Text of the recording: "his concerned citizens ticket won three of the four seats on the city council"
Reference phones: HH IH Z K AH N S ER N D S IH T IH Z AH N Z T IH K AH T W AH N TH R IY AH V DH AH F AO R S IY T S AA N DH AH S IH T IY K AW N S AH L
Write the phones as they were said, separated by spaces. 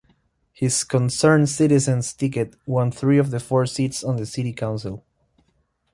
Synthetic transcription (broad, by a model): HH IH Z K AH N S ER N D S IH T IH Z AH N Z T IH K AH T W AH N TH R IY AH V DH AH F AO R S IY T S AA N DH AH S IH T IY K AW N S AH L